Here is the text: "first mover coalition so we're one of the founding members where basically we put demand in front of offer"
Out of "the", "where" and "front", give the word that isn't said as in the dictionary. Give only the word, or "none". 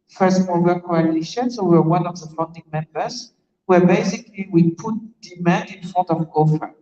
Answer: front